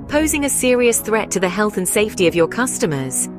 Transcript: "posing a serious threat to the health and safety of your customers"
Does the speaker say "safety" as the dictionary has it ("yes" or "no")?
yes